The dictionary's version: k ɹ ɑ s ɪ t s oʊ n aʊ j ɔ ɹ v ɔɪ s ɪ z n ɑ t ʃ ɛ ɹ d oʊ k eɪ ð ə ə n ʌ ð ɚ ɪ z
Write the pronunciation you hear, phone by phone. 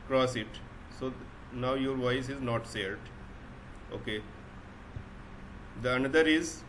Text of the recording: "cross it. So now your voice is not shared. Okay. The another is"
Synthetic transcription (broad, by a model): k ɹ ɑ s ɪ t s oʊ n aʊ j ɔ ɹ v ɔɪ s ɪ z n ɑ t s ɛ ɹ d oʊ k eɪ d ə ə n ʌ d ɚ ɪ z